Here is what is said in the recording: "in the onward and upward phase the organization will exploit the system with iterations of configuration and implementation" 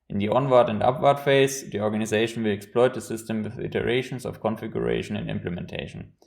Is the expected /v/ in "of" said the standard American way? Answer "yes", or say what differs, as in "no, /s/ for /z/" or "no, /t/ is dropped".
no, /f/ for /v/